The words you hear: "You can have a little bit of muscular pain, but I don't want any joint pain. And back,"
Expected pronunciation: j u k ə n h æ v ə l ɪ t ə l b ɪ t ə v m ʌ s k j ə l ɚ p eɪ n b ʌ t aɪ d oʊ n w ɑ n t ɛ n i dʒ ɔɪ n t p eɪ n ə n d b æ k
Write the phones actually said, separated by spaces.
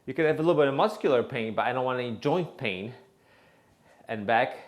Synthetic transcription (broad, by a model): j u k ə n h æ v ə l ɪ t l b ɪ t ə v m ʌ s k j l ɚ p eɪ n b ʌ t aɪ d oʊ n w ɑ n ɛ n i dʒ ɔɪ n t p eɪ n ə n b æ k